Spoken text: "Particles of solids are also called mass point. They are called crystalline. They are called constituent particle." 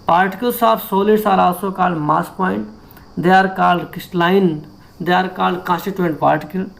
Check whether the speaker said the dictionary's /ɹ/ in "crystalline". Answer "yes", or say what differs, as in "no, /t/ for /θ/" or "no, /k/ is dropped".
no, /ɹ/ is dropped